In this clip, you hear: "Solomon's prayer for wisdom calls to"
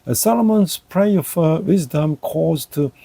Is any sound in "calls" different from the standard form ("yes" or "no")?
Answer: yes